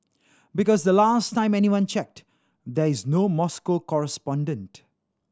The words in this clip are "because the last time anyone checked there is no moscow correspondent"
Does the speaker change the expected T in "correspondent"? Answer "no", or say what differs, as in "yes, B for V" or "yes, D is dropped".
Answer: no